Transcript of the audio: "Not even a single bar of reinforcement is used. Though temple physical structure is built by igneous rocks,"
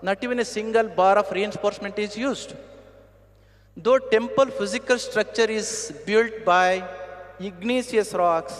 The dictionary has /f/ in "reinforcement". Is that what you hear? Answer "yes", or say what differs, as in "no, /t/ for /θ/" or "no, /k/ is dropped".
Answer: no, /p/ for /f/